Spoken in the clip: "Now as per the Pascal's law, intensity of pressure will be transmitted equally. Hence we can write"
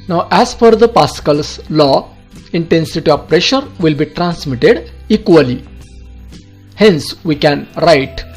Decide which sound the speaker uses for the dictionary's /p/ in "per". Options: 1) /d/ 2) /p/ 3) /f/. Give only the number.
3